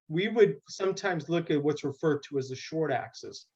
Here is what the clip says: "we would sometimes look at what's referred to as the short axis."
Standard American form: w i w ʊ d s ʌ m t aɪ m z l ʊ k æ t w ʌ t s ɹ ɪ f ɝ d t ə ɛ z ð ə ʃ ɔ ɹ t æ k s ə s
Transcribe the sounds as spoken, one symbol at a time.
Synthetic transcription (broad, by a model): w i w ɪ d s ʌ m t aɪ m z l ʊ k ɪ t w ʌ t s ɹ ɪ f ɝ d t ə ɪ z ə ʃ ɔ ɹ t æ k s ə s